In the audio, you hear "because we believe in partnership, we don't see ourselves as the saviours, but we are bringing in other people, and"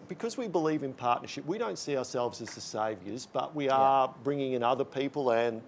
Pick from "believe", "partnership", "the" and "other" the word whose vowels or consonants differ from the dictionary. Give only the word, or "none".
none